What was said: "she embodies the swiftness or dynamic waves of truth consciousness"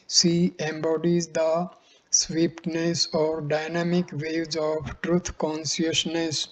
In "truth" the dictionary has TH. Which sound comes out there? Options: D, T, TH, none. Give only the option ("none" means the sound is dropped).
T